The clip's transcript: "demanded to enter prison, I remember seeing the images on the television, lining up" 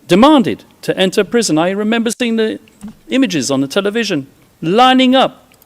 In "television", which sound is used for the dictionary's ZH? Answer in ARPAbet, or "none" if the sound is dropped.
ZH